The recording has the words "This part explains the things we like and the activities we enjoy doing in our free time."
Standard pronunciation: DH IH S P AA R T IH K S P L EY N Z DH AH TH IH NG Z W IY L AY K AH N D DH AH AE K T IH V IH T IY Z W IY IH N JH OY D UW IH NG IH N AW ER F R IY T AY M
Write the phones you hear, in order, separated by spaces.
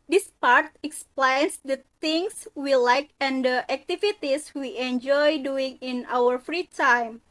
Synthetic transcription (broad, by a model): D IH S P AA R T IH K S P L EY N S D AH T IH NG S W IY L AY K AH N D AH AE K T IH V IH T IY S W IY IH N JH OY D UW IH NG IH N AW ER F R IY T AY M